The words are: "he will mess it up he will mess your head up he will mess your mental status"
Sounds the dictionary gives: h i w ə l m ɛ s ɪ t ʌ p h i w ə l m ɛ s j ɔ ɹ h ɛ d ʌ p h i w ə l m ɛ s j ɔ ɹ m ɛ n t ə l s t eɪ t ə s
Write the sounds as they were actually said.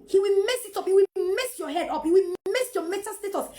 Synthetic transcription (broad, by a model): h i w ə l m ɛ s ɪ t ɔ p h i w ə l m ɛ s j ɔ h ɛ d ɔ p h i w ə l m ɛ s j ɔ m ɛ t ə s t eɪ t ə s